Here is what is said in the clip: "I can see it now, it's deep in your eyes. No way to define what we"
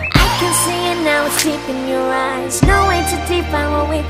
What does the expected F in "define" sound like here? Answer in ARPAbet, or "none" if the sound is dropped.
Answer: P